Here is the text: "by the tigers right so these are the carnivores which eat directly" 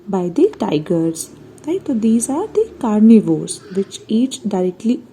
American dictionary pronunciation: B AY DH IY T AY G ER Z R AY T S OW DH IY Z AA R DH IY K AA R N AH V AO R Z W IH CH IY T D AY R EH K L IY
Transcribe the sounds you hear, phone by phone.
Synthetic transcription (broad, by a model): B AY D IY T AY G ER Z L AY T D IY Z AA R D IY K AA R N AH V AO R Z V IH CH IY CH D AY R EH K L IY